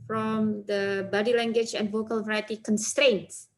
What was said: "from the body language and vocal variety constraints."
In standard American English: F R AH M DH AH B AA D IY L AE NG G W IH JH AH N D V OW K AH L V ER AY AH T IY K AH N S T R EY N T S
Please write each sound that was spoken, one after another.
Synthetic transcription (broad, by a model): F R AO M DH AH B AA D IY L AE NG G W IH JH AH N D V OW K AH L V ER AY AH T IY K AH N S T R EY N T S